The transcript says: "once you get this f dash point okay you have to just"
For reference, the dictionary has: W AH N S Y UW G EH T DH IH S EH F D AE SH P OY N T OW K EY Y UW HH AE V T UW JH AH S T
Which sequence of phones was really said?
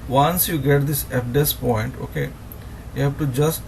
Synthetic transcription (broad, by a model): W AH N S Y UW G EH T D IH S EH P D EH S P OY N T OW K EY Y UW HH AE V T UW JH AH S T